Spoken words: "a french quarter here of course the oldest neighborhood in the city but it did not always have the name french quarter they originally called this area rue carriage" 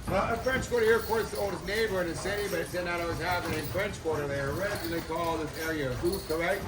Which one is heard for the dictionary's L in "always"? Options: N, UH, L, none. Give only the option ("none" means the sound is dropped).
none